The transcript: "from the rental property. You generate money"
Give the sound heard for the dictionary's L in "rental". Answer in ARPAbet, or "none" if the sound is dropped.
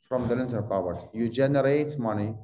N